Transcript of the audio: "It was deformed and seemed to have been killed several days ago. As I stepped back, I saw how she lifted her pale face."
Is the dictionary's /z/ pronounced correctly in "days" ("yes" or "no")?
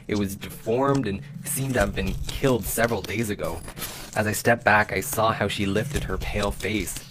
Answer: yes